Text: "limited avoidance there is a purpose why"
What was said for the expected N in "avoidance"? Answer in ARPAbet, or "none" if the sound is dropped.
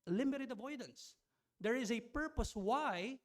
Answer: N